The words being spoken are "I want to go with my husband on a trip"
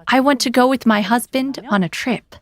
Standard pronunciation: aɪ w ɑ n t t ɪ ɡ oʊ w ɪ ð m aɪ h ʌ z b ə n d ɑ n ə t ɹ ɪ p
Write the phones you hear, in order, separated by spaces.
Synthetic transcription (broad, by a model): aɪ w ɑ n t t ɪ ɡ oʊ w ɪ ð m aɪ h ʌ z b ə n d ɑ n ə t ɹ ɪ p